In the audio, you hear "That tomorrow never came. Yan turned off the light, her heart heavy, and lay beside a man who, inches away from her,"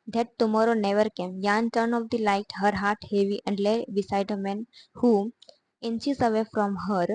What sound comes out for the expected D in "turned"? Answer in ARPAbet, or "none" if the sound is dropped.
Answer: none